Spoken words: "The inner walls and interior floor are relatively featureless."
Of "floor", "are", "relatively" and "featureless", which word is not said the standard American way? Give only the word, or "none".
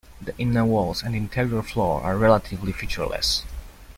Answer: none